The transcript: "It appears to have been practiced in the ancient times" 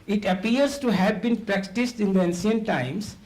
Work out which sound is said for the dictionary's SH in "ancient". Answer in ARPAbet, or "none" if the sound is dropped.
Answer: S